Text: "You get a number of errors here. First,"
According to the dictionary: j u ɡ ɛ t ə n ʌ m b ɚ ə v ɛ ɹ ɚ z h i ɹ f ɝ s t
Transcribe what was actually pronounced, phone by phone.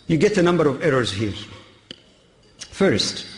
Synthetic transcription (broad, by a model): j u ɡ ɛ t ə n ʌ m b ɚ ə v ɛ ɹ ɚ z h i ɹ f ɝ s t